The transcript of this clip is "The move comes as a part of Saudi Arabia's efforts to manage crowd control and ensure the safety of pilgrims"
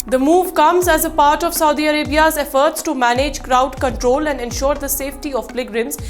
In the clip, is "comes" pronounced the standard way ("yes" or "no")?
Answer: yes